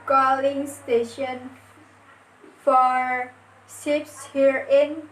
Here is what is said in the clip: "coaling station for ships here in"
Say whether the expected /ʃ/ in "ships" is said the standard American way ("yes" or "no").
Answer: no